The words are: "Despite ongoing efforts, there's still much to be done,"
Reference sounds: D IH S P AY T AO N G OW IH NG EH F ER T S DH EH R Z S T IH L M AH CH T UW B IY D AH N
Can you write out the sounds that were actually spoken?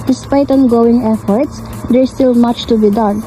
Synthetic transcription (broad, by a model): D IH S P AY T AO N G OW IH NG EH F ER T S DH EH R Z S T IH L M AH CH T UW B IY D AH N